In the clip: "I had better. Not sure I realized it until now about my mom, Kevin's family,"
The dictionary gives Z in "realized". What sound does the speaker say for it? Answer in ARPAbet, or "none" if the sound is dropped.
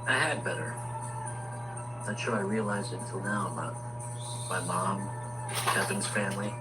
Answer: Z